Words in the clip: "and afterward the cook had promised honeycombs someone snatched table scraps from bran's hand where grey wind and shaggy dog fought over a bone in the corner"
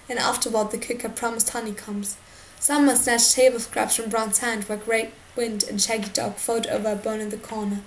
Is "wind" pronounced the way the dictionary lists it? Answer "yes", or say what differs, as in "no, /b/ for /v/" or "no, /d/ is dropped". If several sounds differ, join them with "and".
yes